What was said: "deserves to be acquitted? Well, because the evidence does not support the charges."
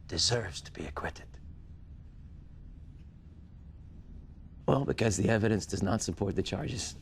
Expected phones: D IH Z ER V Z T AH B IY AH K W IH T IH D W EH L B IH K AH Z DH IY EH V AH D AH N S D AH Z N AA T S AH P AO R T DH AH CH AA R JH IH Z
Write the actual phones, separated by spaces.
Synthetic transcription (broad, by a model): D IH Z ER V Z T AH B IY AH K W IH T IH D W EH L B IH K AH Z DH IY EH V AH D AH N S D AH Z N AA T S AH P AO R T DH AH CH AA R JH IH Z